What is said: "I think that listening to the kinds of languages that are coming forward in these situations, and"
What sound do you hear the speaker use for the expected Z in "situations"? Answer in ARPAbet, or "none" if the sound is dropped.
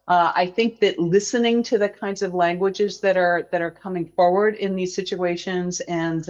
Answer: Z